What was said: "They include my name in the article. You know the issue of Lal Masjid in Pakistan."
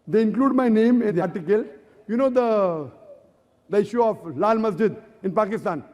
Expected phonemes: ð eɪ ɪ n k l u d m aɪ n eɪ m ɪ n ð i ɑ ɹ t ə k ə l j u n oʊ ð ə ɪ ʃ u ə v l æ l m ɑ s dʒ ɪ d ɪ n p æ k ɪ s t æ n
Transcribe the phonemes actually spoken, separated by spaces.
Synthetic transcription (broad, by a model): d eɪ ɪ n k l u d m aɪ n eɪ m ɪ n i ɑ ɹ t ə k ə l j u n oʊ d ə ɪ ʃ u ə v l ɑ l m ɑ s dʒ ɪ d ɪ n p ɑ k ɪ s t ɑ n